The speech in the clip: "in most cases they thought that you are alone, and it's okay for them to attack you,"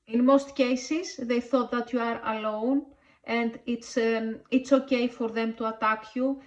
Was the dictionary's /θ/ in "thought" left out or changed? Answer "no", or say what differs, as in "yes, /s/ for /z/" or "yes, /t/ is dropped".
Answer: no